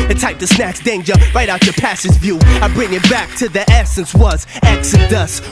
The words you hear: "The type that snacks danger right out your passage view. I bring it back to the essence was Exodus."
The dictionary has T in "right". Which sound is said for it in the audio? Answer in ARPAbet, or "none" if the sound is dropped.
T